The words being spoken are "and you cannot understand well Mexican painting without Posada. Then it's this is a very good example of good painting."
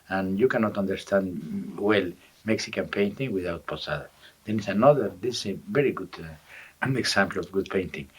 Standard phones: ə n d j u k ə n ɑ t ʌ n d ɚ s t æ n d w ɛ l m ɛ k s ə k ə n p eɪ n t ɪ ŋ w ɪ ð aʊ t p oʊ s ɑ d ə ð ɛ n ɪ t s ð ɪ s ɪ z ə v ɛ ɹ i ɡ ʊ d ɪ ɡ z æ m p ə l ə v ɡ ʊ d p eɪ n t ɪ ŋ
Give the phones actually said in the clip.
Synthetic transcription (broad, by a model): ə n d j u k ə n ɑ t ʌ n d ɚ s t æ n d w ɛ l m ɛ k s ə k ə n p eɪ n t ɪ ŋ w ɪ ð aʊ t p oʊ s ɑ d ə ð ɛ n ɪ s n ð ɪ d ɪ s ə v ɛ ɹ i ɡ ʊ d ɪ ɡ s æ m p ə l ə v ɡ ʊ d p eɪ n t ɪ ŋ